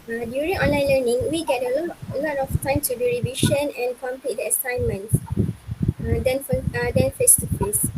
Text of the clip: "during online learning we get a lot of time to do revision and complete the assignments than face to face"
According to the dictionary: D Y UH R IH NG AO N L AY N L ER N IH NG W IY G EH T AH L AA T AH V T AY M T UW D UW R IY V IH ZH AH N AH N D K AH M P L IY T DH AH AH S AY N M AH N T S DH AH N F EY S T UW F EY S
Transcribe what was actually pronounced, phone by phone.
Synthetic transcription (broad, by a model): D Y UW R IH NG AO N L AY N L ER N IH NG W IY G EH T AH L AA T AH F T AY M T UW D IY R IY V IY SH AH N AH N K AH M P L IY T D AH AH S AY N M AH N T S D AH N F EY S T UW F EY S